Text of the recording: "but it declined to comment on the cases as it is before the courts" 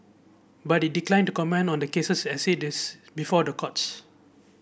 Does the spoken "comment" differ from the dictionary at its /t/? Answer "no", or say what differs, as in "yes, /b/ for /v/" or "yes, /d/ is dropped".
yes, /t/ is dropped